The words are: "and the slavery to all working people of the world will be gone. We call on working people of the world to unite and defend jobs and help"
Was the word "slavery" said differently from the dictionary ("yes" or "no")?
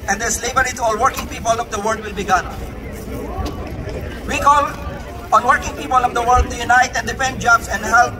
yes